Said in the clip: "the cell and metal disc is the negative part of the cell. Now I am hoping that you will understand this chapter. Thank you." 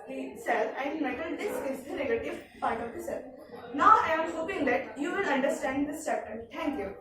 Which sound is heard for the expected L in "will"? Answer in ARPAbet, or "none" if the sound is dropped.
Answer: N